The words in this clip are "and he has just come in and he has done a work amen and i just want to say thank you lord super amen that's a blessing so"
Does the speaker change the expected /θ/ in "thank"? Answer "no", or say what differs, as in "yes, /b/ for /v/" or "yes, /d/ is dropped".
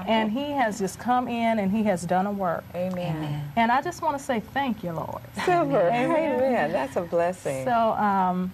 no